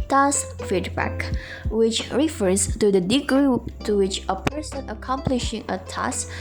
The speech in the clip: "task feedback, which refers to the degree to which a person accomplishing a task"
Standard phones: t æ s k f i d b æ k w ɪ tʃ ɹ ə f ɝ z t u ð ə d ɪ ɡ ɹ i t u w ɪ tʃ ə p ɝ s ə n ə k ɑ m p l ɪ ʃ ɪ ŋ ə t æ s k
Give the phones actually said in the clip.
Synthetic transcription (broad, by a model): t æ s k f i d b æ k w ɪ tʃ ɹ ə f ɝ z t u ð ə d ɪ ɡ ɹ i t u w ɪ tʃ ə p ɝ s ə n ə k ɑ m p l ɪ ʃ ɪ ŋ ə t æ s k